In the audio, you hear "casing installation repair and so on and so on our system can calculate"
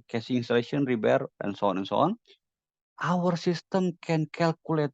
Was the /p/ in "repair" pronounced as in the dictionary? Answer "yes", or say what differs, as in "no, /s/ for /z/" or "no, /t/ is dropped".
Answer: no, /b/ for /p/